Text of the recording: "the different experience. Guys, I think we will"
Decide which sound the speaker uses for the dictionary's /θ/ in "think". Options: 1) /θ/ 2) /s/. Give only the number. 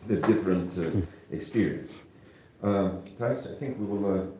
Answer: 1